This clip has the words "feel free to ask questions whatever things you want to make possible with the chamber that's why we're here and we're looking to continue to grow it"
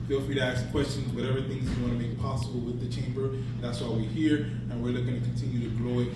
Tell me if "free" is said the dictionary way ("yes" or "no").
no